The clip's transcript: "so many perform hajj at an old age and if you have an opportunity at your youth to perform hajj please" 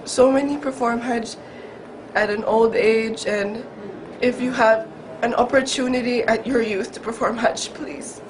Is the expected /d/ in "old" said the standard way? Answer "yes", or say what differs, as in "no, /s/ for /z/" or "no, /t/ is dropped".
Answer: yes